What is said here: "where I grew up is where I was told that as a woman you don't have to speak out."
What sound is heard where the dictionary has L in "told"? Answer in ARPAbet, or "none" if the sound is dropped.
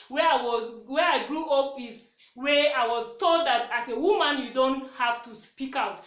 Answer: L